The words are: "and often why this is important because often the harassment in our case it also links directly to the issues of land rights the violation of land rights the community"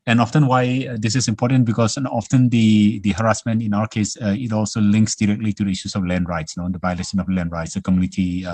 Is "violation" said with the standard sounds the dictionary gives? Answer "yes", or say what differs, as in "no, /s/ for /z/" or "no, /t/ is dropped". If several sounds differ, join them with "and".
no, /b/ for /v/